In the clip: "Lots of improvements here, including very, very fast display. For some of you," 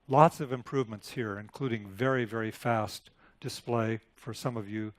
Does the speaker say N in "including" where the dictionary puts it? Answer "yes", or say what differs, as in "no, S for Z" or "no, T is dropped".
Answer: yes